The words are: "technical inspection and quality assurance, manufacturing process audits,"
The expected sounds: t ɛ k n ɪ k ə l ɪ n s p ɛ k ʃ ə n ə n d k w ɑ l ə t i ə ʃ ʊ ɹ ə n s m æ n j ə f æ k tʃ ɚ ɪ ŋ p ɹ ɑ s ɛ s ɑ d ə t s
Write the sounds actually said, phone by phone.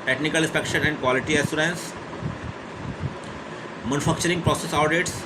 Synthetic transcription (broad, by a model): t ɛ k n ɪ k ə l ɪ n s p ɛ k ʃ ə n ə n d k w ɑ l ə t i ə s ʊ ɹ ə n s m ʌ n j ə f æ k tʃ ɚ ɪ ŋ p ɹ ɑ s ɛ s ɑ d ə t s